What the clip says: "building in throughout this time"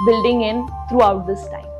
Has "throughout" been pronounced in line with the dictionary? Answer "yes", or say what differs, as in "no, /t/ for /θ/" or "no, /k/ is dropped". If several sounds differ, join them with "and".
no, /t/ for /θ/